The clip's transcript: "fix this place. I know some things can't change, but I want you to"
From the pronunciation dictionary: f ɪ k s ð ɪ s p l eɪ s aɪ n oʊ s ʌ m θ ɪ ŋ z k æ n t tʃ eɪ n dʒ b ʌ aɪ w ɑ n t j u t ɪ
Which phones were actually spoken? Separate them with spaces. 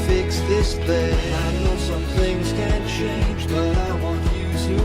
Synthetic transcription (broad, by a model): f ɪ k s ð ɪ s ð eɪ aɪ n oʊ s ʌ m θ ɪ ŋ z k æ n tʃ eɪ n dʒ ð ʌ aɪ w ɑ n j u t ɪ